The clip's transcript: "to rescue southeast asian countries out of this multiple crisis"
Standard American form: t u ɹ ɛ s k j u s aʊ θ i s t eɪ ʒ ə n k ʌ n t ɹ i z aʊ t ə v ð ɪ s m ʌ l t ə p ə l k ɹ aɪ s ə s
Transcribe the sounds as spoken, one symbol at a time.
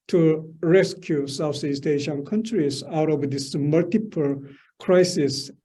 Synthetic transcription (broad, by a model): t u ɹ ɛ s k j u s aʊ s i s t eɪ ʃ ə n k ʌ n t ɹ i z aʊ t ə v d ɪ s m ʌ l t ə p ə l k ɹ aɪ s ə s